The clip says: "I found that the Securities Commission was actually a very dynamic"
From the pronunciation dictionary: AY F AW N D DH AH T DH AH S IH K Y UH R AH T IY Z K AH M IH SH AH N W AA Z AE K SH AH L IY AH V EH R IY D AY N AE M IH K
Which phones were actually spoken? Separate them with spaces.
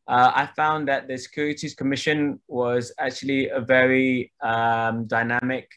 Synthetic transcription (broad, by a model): AY F AW N DH AH T DH AH S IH K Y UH R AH T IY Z K AH M IH SH AH N W AA Z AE K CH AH L IY AH V EH R IY D AY N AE M IH K